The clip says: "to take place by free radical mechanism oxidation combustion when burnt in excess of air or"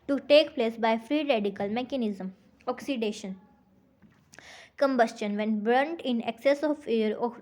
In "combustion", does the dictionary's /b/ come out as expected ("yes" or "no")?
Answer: yes